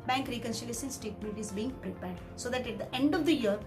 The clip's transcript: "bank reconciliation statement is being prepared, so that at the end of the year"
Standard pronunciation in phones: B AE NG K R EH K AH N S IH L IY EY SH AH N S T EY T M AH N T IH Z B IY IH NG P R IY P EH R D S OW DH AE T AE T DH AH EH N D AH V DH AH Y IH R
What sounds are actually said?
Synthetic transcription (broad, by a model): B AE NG K R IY K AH N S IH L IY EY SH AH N S T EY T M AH T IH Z B IY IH NG P R IY P EH R D S OW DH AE T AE T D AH EH N D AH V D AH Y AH R